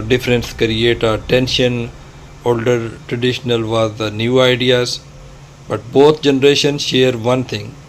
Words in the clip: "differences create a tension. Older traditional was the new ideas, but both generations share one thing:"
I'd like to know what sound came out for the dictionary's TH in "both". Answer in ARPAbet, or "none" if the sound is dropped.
T